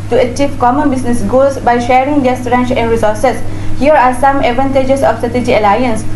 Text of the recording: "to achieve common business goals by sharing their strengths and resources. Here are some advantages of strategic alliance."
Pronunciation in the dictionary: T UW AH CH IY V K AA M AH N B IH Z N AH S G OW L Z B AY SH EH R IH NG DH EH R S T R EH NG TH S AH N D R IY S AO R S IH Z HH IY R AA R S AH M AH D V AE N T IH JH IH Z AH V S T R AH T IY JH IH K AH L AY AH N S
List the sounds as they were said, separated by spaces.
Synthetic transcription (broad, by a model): T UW AH CH IY V K AA M AH N B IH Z N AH S G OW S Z B AY SH EH R IH NG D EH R S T R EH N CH AH N D R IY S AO R S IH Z HH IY R AA R S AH M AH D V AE N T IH JH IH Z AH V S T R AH T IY JH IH AH L AY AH N S